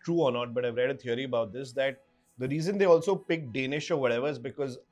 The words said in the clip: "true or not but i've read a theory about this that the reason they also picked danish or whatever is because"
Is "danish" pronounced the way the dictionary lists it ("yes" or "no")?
yes